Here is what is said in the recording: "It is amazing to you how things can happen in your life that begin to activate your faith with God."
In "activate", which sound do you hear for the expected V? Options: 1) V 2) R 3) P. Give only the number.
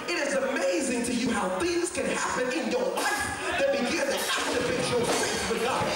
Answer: 3